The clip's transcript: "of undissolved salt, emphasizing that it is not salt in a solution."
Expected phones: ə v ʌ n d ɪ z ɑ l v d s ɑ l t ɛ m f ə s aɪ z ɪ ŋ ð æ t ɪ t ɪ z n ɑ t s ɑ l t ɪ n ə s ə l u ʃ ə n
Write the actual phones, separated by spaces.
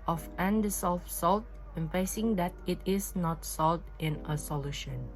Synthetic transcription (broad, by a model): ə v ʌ n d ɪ s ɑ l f s ɑ l t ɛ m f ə ɪ s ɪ ŋ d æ t ɪ t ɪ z n ɑ t s ɑ l t ɪ n ə s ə l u ʃ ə n